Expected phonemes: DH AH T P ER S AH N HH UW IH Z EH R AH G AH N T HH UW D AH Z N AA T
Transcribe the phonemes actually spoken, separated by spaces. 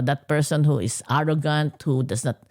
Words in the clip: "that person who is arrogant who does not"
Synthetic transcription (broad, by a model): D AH T P ER S AH N HH UW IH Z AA R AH G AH N T HH UW D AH S N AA T